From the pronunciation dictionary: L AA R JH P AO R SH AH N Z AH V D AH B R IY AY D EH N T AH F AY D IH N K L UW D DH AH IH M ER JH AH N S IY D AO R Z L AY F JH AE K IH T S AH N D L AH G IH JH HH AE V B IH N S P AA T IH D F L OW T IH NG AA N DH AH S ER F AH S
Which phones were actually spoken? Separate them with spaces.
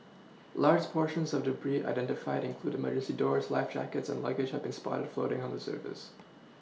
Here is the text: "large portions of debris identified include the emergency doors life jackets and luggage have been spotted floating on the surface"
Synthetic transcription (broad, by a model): L AA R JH P AO R SH AH N Z AH V D AH B R IY AY D EH N T AH F AY D IH N K L UW D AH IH M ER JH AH S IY D AO R Z L AY F JH AE K IH T S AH N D L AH G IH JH HH AE V B IH N S P AA T IH D F L OW T IH NG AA N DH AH S ER F AH S